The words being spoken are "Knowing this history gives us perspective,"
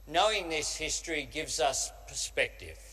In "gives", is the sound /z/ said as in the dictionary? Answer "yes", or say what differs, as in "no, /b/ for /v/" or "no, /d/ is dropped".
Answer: yes